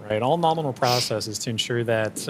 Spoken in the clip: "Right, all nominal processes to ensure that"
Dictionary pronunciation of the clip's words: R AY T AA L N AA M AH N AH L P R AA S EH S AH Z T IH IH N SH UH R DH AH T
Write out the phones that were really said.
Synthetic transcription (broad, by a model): R AY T AA L N AA M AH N L P R AA S EH S AH Z T IH IH N SH UH R DH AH T